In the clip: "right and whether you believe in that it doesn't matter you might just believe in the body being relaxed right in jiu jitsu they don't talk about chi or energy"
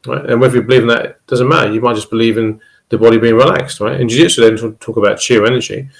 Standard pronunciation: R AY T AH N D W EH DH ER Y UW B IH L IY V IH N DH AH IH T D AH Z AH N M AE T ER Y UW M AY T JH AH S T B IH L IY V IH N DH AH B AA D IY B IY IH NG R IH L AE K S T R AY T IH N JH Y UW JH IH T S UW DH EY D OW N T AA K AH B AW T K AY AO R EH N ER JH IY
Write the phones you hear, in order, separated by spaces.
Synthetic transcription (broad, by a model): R AY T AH N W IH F Y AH B IH L IY V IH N DH AH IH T D AH Z AH N M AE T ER Y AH M AY T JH AH S B IH L IY V IH N DH AH B AA D IY B IY IH NG R IH L AE K S T R AY T IH N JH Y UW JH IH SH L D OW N T AA K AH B AW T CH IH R EH N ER JH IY